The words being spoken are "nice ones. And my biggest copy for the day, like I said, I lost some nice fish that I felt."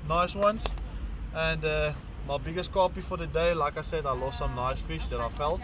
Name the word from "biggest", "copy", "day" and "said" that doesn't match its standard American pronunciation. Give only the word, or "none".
none